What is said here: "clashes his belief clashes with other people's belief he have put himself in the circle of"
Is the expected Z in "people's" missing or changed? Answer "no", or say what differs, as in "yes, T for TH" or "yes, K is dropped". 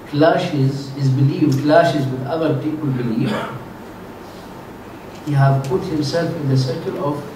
yes, Z is dropped